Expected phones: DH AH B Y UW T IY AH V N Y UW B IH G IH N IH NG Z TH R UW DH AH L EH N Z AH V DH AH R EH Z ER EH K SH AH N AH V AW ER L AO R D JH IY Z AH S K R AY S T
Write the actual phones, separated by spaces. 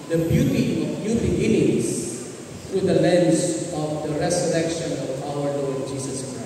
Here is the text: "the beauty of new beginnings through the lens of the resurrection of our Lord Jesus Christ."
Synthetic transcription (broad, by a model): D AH B Y UW T IY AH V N Y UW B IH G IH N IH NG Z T R UW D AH L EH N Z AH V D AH R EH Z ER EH K SH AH N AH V AW ER N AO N JH IY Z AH S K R AY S